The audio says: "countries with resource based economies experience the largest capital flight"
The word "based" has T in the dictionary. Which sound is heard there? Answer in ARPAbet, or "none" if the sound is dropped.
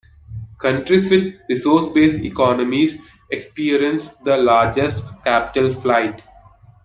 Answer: none